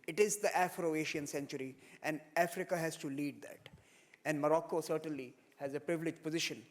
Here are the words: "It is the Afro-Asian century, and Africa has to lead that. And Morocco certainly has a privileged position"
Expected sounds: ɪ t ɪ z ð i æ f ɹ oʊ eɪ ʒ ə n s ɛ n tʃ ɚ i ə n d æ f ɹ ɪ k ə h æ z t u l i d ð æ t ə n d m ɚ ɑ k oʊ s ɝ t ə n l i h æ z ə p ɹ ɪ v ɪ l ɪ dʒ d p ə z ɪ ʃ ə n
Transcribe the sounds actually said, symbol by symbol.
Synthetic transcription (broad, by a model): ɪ t ɪ z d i æ f ɹ oʊ eɪ ʃ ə n s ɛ n tʃ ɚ i ə n d æ f ɹ ɪ k ə h æ z t u l i d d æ t ə n d m ɚ ɑ k oʊ s ɝ t ə n l i h æ z ə p ɹ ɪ v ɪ l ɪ dʒ p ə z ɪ ʃ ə n